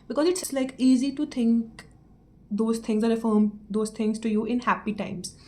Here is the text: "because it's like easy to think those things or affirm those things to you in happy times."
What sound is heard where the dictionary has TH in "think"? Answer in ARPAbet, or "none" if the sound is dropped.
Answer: T